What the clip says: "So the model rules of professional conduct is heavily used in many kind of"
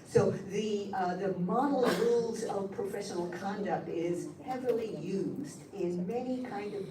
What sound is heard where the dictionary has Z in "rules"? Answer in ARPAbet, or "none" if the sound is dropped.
Z